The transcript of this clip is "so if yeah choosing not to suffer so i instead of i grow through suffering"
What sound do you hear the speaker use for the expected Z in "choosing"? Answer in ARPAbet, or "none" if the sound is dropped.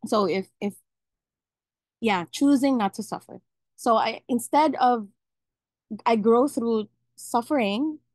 Z